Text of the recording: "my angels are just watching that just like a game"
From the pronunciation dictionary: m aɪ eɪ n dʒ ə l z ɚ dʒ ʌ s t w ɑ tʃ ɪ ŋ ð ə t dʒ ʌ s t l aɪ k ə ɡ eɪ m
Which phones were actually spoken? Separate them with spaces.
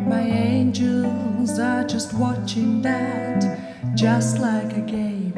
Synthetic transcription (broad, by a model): m aɪ eɪ n dʒ ə l z ɚ dʒ ʌ s t w ɑ tʃ ɪ ŋ ð ə t dʒ ʌ s t l aɪ k ə ɡ eɪ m